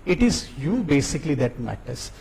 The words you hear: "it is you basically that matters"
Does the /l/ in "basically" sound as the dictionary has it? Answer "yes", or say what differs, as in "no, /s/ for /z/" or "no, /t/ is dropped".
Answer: yes